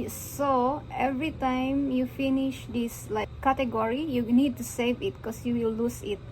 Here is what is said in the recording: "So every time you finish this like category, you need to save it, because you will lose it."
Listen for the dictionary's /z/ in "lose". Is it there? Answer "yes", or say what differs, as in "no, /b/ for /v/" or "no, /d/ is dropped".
no, /s/ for /z/